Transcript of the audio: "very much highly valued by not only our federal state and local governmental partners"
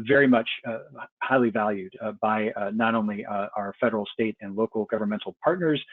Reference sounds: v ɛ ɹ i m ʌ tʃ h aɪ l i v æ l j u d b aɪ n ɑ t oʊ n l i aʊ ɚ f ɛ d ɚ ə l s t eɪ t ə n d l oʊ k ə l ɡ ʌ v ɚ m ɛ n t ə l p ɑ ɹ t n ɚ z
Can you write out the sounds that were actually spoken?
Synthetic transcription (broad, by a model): v ɛ ɹ i m ʌ tʃ h aɪ l i v æ l j u d b aɪ n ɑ t oʊ n l i aʊ ɚ f ɛ d ɚ l s t eɪ t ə n l oʊ k l ɡ ʌ v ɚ m ɛ n t l p ɑ ɹ t n ɚ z